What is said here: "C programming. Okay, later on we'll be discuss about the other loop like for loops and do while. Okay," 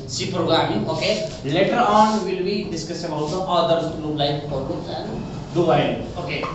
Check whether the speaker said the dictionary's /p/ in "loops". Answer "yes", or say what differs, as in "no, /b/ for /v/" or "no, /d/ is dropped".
no, /p/ is dropped